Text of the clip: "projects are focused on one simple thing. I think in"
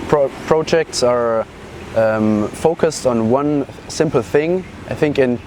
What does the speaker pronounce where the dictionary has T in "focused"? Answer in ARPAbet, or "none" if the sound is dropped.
T